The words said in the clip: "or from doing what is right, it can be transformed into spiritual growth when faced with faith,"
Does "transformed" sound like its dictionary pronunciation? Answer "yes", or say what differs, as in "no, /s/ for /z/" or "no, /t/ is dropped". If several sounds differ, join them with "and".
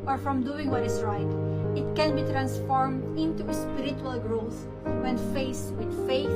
yes